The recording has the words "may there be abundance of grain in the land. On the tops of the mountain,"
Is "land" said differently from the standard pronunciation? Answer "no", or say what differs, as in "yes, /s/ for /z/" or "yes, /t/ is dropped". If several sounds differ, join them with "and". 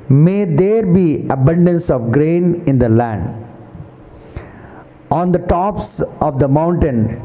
no